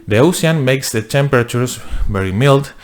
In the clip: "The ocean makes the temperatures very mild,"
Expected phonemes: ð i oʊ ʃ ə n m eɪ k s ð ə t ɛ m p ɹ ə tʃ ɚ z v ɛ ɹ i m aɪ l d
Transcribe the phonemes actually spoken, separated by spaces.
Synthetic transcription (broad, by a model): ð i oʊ s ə n m eɪ k s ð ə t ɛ m p ɹ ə tʃ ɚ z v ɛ ɹ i m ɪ l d